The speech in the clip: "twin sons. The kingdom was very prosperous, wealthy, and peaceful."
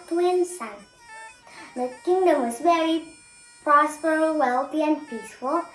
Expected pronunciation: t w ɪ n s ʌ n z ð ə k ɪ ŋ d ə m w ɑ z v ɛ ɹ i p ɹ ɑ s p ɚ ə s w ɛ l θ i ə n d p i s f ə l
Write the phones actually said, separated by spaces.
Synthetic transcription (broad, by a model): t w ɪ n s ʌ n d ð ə k ɪ ŋ d ə m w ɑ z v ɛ ɹ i p ɑ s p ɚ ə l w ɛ l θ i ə n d p i s f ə l